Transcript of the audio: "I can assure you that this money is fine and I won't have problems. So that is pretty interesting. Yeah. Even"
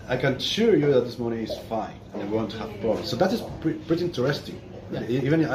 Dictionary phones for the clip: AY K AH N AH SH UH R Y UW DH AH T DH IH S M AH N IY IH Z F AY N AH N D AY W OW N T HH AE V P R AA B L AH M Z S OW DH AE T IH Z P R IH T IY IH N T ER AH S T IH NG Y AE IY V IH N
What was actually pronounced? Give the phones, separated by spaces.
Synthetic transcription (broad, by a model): AY K AH N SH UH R Y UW DH AH T DH IH S M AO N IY IH Z F AY N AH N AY W OW N T HH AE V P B AH S OW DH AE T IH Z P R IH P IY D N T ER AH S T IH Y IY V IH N